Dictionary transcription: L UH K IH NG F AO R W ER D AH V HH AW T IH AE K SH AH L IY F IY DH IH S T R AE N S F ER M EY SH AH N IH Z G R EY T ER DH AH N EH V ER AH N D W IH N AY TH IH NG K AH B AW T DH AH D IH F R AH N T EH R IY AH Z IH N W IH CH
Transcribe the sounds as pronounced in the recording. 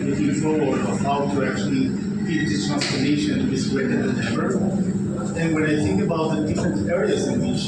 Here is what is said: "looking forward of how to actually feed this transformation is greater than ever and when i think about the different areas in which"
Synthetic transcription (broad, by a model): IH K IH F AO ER AH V HH AW T IH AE K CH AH L IY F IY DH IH T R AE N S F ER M EY SH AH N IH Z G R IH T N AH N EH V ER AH N W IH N AY TH IH NG K AH B AW T DH AH D IH F R AH N T EH R IY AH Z IH N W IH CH